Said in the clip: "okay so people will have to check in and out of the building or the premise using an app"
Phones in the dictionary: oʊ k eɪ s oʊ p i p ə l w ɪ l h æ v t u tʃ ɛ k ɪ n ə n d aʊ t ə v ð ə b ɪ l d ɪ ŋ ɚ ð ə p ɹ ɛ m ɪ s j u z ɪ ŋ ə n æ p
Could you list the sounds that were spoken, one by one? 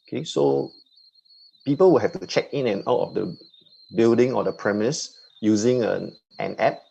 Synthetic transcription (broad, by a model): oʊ k eɪ s oʊ p i p ə l w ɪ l h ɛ f t u tʃ ɛ k ɪ n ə n aʊ t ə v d ə b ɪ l d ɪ ŋ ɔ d ə p ɹ ɛ m ɪ s j u z ɪ ŋ ə n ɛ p